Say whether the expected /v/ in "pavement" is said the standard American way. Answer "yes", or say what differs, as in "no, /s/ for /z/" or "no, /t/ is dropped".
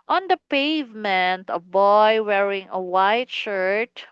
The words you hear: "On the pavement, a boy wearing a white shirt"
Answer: yes